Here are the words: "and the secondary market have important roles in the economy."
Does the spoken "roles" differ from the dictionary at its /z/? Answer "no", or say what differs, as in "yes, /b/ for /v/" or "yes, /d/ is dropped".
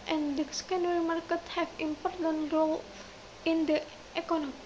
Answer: yes, /z/ is dropped